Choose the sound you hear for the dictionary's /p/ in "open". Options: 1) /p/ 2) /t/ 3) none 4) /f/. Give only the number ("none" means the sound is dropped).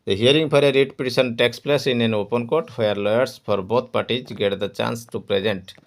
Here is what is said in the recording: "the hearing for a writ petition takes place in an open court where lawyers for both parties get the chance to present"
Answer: 1